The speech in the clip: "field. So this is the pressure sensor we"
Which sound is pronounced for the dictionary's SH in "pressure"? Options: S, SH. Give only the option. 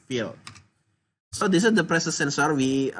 S